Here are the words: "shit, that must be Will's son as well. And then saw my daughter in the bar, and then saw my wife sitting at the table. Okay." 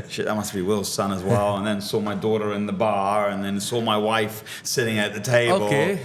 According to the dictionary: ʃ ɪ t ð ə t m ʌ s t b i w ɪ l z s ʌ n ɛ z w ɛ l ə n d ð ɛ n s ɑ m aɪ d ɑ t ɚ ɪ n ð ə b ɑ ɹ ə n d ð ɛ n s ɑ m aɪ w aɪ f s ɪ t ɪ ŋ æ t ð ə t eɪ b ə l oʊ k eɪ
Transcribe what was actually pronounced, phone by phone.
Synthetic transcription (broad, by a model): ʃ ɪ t ð ə t m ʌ s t b i w ɪ l z s ʌ n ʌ z w ɛ l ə n ð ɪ n s ɑ m aɪ d ɑ t ɚ ɪ n ð ə b ɑ ɹ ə n ð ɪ n s ɑ m aɪ w aɪ f s ɪ t ɪ ŋ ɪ t ð ə t eɪ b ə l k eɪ